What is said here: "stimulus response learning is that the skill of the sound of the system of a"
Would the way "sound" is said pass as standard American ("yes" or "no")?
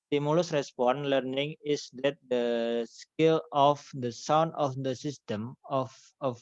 yes